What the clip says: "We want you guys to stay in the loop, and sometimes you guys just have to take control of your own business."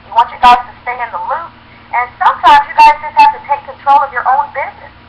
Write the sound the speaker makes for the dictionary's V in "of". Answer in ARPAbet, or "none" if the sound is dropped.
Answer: V